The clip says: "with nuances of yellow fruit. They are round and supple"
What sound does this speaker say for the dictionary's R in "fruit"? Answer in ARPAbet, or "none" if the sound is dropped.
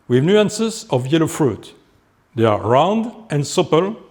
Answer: R